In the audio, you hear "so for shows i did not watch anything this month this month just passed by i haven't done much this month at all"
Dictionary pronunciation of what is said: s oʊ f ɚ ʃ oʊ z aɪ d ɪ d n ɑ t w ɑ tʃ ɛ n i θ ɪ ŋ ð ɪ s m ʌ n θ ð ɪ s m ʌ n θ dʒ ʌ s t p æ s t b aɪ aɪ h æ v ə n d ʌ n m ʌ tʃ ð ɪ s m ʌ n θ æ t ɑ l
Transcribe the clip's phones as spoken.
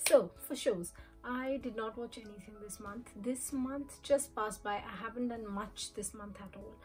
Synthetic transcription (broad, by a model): s oʊ f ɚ ʃ oʊ z aɪ d ɪ d n ɑ t w ɑ tʃ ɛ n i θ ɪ ŋ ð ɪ s m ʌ n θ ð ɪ s m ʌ n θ dʒ ʌ s t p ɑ s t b aɪ aɪ h æ v ə n d ʌ n m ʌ tʃ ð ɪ s m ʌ n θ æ t ɑ l